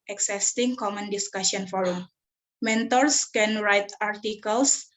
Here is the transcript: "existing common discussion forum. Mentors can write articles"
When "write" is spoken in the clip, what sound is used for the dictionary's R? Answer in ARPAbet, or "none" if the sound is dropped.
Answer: R